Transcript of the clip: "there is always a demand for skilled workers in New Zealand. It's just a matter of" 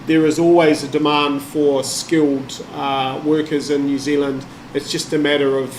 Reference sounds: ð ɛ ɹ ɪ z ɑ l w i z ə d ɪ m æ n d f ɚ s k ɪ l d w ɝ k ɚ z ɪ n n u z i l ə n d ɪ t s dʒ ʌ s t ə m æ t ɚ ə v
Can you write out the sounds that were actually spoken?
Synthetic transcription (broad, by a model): ð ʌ ɹ ɪ z ɑ l w i z ə d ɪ m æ n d f ɚ s k ɪ l d w ɝ k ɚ z ɪ n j u z i l ə n d ɪ t s dʒ ʌ s t ə m æ t ɚ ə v